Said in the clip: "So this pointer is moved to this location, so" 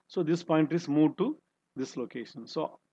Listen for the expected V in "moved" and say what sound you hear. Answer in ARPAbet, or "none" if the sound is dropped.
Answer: none